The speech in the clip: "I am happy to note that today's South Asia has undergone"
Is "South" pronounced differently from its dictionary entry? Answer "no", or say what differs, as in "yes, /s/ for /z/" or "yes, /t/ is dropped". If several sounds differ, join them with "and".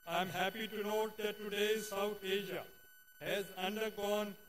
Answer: yes, /t/ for /θ/